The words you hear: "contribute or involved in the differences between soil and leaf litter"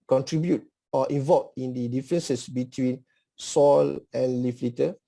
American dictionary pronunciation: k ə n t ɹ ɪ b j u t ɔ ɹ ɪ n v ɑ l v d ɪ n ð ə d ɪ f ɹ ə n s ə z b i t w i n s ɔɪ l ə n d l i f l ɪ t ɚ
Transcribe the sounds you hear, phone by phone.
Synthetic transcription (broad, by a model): k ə n t ɹ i b j u t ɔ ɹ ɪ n v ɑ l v ɪ n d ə d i f ɹ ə n s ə s b i t w i n s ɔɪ l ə n l i f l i t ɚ